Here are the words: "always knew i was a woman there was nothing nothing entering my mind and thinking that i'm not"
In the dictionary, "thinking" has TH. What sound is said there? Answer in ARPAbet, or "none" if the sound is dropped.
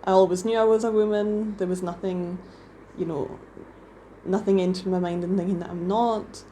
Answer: TH